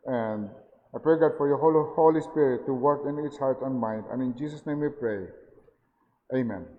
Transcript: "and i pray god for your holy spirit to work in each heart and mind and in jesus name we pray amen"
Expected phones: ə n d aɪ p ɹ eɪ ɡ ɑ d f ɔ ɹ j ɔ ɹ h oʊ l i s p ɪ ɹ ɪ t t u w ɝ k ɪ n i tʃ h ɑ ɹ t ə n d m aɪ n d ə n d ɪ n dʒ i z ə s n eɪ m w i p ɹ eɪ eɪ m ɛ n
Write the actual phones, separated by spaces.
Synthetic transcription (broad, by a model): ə n d aɪ p ɹ eɪ ɡ ɑ d f ɔ ɹ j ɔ l h oʊ l i s p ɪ ɹ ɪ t t u w ɝ k ɪ n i s h ɑ ɹ t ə n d m aɪ n d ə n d ɪ n dʒ i s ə s n eɪ m w i p ɹ eɪ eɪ m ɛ n